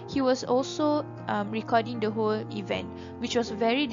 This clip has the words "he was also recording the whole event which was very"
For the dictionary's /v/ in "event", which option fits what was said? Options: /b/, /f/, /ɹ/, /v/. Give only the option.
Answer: /v/